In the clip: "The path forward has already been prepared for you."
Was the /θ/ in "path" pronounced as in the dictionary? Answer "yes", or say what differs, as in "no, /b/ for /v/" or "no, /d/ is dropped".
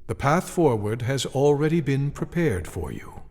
yes